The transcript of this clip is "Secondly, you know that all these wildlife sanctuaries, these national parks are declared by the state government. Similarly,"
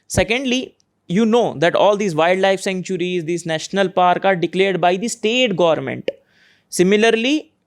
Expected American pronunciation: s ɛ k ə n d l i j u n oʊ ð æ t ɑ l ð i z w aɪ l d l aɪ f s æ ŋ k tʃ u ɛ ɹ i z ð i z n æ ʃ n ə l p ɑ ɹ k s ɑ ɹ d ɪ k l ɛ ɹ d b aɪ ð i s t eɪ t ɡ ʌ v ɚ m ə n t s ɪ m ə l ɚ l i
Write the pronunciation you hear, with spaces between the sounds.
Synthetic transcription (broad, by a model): s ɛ k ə n d l i j u n oʊ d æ t ɑ l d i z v aɪ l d l aɪ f s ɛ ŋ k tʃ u ɹ i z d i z n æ ʃ n ə l p ɑ ɹ k ɑ ɹ d ɪ k l ɛ ɹ d b aɪ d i s t eɪ t ɡ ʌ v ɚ m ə n t s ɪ m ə l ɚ l i